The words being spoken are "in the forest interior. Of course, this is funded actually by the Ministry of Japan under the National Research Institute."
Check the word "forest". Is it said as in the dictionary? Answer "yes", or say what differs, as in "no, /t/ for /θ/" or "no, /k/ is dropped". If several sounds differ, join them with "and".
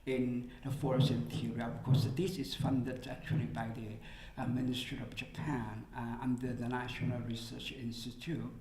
no, /t/ is dropped